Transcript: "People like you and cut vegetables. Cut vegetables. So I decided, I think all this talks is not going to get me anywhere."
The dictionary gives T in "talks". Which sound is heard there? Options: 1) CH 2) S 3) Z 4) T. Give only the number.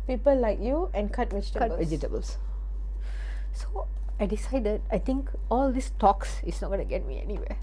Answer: 4